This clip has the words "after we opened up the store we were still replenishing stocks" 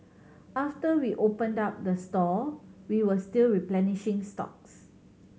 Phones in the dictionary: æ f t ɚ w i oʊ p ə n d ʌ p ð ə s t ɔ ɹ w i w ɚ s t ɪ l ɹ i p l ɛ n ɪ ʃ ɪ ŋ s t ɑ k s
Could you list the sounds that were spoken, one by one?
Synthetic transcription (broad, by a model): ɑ f t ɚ w i oʊ p ə n d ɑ p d ə s t ɔ w i w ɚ s t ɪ l ɹ i p l ɛ n ɪ ʃ ɪ ŋ s t ɑ k s